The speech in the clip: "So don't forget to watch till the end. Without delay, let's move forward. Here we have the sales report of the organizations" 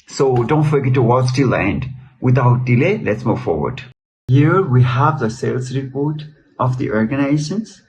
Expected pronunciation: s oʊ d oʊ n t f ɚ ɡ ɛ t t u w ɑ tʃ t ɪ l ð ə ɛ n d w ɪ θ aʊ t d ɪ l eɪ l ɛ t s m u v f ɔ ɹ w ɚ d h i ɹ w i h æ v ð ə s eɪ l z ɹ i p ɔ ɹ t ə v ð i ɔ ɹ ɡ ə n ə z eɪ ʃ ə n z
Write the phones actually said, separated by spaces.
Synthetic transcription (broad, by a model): s oʊ d oʊ n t f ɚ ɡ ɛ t t u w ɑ s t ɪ l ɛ n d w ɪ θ aʊ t d ɪ l eɪ l ɛ t s m u v f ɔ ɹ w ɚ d h i ɹ w i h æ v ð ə s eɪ l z ɹ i p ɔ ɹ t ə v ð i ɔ ɹ ɡ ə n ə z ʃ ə n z